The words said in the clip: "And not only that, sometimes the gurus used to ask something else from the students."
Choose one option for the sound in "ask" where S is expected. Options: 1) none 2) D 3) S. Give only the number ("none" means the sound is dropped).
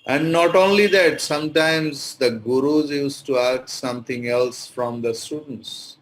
1